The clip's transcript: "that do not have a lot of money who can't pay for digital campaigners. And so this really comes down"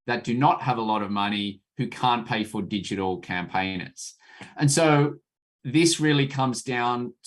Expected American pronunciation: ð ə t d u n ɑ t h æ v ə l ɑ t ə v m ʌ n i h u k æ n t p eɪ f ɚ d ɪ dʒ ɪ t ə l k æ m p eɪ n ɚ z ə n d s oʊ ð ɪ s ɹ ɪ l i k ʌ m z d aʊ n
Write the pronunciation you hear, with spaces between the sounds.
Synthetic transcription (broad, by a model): ð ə t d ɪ n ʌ t h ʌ v ə l ɑ t ə v m ʌ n i h u k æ n p eɪ f ɚ d ɪ dʒ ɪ t l k æ m p eɪ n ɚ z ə n s oʊ ð ɪ s ɹ ɪ l i k ʌ m z d aʊ n